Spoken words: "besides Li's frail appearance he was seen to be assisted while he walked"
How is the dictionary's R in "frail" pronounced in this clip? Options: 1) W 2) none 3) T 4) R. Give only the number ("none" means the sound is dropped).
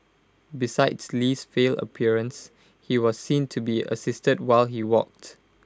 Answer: 2